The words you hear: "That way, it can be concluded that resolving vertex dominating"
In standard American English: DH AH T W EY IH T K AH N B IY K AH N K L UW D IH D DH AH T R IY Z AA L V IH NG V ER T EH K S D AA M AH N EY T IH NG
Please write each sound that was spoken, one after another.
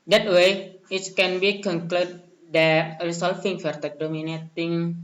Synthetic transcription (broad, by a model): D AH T W EY IH T K AH N B IY K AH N K L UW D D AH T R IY S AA L F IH NG F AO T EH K D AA M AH N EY T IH NG